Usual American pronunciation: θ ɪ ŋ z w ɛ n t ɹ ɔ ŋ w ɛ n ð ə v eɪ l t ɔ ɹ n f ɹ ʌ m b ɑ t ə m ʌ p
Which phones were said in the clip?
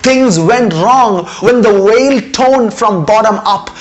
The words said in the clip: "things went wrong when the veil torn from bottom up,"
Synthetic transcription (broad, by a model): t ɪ ŋ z w ɛ n t ɹ ɔ ŋ w ɛ n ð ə w eɪ l t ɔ n f ɹ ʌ m b ɑ t ə m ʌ p